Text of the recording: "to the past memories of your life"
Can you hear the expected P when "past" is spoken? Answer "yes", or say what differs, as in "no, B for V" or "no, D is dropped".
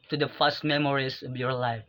no, F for P